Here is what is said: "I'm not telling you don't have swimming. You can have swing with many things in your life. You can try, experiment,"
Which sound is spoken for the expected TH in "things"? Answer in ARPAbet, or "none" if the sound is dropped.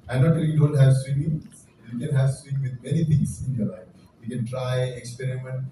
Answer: T